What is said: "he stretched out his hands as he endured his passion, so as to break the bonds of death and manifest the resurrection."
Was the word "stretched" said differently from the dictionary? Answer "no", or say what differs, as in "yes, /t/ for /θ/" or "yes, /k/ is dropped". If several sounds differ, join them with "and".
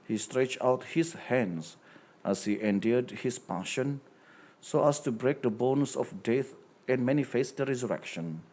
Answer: no